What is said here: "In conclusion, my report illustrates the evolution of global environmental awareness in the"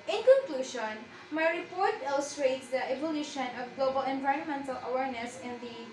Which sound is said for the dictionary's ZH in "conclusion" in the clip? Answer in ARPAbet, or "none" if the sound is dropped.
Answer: SH